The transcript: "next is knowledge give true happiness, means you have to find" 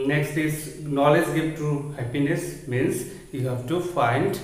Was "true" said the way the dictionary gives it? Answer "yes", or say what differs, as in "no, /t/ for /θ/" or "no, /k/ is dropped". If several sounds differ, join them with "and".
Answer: no, /ɹ/ is dropped